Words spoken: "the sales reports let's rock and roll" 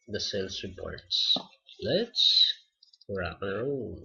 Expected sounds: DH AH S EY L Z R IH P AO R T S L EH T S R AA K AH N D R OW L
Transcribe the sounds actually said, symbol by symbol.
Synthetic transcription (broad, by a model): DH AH S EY L S R IH P AO R T S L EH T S R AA AH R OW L